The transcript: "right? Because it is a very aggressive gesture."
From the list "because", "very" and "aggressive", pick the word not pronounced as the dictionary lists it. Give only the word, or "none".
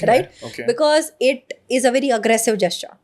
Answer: none